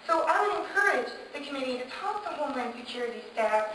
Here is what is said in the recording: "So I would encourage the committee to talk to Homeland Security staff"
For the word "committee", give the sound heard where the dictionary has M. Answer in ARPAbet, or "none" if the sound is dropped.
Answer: M